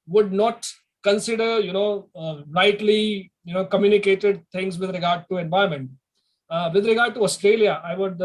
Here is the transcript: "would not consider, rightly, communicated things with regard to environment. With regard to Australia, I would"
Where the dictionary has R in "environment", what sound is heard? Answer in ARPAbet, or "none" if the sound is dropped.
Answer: none